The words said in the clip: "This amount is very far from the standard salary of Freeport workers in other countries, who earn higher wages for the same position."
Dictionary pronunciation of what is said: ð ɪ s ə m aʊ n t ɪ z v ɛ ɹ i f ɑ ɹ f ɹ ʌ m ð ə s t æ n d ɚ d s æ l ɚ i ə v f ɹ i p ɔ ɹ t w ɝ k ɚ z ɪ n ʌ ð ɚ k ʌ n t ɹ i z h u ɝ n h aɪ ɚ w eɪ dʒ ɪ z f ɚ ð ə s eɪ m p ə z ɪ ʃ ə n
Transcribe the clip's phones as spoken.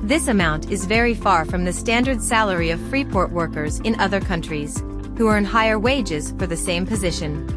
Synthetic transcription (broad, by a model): ð ɪ s ə m aʊ n t ɪ z v ɛ ɹ i f ɑ ɹ f ɹ ʌ m ð ə s t æ n d ɚ d s æ l ɚ i ə v f ɹ i p ɔ ɹ t w ɝ k ɚ z ɪ n ʌ ð ɚ k ʌ n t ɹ i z h u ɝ n h aɪ ɚ w eɪ dʒ ɪ z f ɚ ð ə s eɪ m p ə z ɪ ʃ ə n